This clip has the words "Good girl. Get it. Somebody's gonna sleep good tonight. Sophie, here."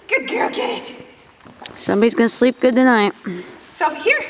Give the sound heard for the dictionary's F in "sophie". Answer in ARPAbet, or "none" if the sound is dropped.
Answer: none